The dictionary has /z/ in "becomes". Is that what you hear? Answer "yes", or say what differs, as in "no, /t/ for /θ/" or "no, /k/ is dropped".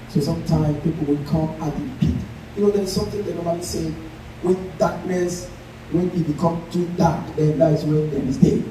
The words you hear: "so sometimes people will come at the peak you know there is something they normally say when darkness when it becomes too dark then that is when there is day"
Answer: no, /z/ is dropped